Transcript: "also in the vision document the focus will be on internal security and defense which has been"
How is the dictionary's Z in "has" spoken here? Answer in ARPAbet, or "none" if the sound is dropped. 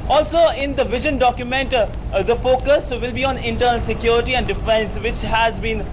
Z